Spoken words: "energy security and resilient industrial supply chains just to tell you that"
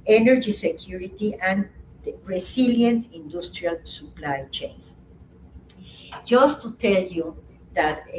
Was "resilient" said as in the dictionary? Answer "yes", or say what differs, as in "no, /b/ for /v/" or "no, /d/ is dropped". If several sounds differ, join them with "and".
no, /s/ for /z/